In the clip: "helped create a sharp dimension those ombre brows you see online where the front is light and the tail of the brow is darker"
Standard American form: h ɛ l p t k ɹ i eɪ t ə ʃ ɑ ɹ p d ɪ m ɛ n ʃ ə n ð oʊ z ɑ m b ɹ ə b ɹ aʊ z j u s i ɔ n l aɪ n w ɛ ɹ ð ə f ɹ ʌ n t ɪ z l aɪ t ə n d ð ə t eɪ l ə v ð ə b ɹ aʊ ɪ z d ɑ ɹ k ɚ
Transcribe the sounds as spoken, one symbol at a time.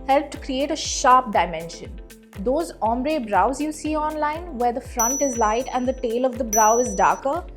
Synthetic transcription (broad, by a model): h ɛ l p t k ɹ i eɪ t ə ʃ ɑ ɹ p d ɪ m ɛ n ʃ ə n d oʊ z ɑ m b ɹ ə b ɹ aʊ z j u s i ɔ n l aɪ n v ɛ ɹ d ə f ɹ ʌ n t ɪ z l aɪ t ə n d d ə t eɪ l ə v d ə b ɹ aʊ ɪ z d ɑ ɹ k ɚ